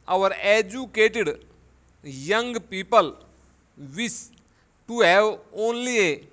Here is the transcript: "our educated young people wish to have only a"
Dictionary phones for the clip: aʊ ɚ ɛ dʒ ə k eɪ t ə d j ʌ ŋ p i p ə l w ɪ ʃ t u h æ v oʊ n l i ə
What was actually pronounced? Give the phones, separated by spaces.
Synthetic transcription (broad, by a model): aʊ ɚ ɛ dʒ ə k eɪ t ə d j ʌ ŋ p i p ə l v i s t u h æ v oʊ n l i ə